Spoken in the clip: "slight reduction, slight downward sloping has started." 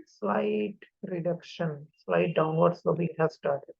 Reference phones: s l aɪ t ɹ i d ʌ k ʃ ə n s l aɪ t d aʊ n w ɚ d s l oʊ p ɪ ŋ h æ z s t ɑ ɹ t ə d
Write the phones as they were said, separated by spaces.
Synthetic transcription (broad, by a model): s l aɪ t ɹ i d ʌ k ʃ ə n s l aɪ t d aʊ n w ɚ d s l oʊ b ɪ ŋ h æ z s t ɑ ɹ t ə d